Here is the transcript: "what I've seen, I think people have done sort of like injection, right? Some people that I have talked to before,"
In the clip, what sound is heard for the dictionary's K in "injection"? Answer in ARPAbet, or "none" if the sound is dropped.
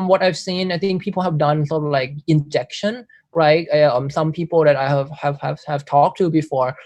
K